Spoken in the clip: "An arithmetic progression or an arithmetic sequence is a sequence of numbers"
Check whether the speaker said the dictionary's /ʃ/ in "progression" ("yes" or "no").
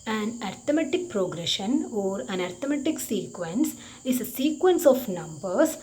yes